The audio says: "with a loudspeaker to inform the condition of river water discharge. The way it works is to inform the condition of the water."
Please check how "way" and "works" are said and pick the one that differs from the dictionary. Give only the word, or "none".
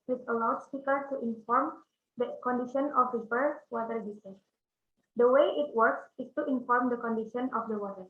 none